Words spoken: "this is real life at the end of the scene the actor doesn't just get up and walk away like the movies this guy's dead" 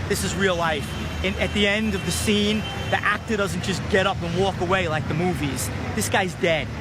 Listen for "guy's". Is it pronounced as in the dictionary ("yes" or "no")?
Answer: yes